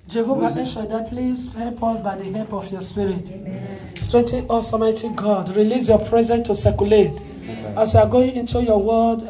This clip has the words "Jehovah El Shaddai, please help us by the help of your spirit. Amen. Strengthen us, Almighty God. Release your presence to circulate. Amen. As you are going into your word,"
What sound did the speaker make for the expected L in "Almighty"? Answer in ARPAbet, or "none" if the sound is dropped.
none